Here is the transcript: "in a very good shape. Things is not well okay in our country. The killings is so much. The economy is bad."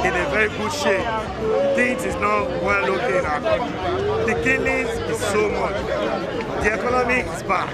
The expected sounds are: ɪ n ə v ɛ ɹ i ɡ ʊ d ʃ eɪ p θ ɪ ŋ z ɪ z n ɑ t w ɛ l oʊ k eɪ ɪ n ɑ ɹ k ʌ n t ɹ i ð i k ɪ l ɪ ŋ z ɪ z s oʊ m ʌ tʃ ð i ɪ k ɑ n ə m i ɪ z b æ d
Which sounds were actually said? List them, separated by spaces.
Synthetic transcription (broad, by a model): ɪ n ə v ɛ ɹ i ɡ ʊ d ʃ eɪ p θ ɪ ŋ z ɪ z n ɑ t w ɛ l oʊ k eɪ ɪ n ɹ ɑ t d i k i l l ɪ z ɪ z s oʊ m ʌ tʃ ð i ɪ k ɑ n ə m i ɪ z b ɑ